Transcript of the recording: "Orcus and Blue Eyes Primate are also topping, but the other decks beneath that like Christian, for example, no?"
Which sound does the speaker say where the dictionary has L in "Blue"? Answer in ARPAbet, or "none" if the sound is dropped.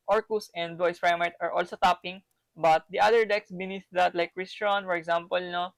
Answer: none